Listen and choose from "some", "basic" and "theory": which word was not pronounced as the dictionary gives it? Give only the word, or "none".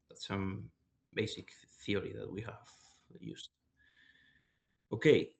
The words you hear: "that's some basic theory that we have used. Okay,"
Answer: none